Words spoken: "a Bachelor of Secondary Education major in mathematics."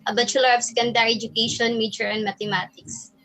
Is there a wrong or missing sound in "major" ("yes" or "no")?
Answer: yes